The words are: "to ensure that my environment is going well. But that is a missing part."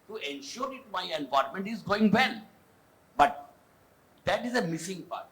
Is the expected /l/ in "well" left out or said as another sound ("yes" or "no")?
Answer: yes